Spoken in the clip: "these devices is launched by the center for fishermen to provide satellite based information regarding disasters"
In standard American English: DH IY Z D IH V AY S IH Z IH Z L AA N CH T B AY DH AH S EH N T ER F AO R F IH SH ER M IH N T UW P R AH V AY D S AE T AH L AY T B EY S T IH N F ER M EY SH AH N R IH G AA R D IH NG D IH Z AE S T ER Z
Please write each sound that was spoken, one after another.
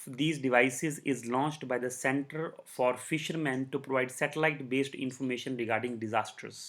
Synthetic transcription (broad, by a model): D IY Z D IH V AY S IH Z IH Z L AA N CH T B AY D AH S EH N T ER F AO R F IH SH ER M IH N T UW P R AH V AY D S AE T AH L AY T B EY S T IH N F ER M EY SH AH N R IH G AA R D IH NG D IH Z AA S T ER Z